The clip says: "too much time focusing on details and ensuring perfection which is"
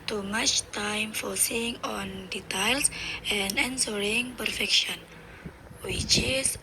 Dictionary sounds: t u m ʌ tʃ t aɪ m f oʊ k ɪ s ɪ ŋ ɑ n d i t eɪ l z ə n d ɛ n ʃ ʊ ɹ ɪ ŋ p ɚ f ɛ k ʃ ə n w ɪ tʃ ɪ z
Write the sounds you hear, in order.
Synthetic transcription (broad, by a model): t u m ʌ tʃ t aɪ m f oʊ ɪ s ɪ ŋ ɑ n d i t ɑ l s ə n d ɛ n s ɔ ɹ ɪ ŋ p ɚ f ɛ k ʃ ə n w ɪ tʃ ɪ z